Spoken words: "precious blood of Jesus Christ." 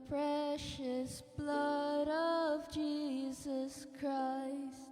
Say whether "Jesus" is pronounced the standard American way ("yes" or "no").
yes